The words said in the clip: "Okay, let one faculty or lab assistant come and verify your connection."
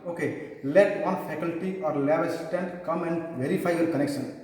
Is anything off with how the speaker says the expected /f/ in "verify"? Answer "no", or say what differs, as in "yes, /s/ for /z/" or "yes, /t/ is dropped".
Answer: yes, /p/ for /f/